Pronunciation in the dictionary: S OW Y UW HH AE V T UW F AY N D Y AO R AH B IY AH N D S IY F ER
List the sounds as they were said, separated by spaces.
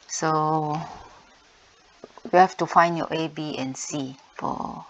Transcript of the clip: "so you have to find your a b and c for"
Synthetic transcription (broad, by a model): S OW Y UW HH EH F T UW F AY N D Y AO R AH B IY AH N S IY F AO